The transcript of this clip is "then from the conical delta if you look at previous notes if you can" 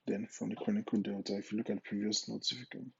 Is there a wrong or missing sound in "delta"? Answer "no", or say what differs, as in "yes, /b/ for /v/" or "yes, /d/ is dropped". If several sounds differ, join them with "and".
yes, /l/ is dropped